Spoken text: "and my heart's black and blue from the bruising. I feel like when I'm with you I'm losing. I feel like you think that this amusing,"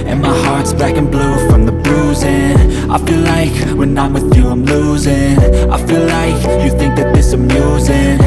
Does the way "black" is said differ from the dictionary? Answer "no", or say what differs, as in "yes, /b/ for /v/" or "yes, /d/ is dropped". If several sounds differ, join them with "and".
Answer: yes, /l/ is dropped